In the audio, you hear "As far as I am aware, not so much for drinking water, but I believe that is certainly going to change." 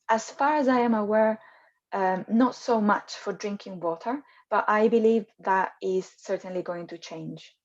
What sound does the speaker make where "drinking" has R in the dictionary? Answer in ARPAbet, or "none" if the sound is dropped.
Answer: R